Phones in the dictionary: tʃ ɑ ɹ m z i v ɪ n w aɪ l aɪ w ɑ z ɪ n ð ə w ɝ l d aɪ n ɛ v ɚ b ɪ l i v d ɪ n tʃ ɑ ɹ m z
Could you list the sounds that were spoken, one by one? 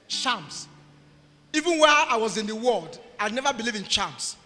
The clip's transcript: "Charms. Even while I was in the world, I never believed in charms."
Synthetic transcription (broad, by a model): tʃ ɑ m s i v ɪ n w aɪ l aɪ w ɑ z ɪ n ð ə w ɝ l d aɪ n ɛ v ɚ b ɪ l i v ɪ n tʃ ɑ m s